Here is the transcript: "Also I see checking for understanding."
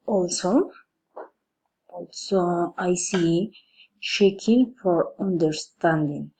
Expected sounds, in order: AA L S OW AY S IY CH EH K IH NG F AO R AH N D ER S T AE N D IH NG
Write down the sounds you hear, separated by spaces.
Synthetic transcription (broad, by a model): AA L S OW AY S IY SH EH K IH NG F AO R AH N D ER S T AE N D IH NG